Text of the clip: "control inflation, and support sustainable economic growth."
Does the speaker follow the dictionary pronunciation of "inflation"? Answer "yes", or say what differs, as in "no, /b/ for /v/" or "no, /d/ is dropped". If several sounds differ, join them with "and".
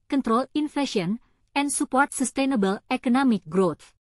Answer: no, /l/ is dropped